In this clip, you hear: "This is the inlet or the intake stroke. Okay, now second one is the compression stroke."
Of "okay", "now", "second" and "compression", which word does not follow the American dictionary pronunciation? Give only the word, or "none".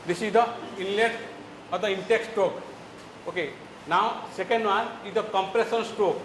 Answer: compression